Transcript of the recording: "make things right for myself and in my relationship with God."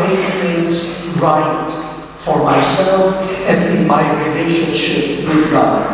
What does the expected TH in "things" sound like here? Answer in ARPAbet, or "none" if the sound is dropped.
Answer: F